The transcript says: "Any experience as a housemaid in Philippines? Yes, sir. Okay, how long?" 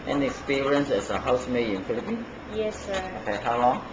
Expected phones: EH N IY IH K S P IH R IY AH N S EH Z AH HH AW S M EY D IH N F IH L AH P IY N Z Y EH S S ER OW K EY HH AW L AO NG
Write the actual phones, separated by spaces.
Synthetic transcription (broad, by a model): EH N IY K S P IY R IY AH N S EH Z AH HH AW S M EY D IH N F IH L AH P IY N Y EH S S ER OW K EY HH AW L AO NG